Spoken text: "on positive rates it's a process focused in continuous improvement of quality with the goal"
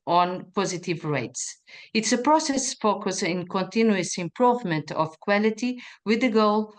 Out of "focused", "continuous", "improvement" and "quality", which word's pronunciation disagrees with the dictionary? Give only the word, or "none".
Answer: focused